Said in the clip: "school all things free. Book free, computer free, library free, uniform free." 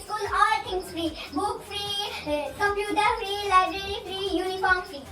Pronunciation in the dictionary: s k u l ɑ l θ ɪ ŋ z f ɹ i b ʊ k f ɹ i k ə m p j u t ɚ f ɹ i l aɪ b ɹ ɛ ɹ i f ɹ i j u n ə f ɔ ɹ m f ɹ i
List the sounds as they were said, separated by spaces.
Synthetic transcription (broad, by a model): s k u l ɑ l t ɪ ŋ s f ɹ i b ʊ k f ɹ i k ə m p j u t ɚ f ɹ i l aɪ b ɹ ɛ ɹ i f ɹ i j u n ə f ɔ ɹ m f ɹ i